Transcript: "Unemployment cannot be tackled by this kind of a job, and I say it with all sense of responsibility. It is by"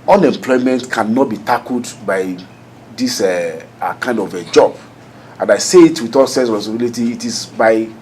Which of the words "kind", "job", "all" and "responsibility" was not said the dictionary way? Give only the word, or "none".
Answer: responsibility